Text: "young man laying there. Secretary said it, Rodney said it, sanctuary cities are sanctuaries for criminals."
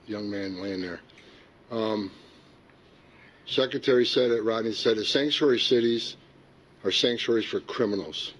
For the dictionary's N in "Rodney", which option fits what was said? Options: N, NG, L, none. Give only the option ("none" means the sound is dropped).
none